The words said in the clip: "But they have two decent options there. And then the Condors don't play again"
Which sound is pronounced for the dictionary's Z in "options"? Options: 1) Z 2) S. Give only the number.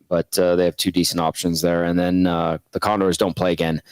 1